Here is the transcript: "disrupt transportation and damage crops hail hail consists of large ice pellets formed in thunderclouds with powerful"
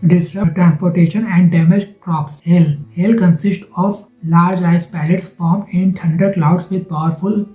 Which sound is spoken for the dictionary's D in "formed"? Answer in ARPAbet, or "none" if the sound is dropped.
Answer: none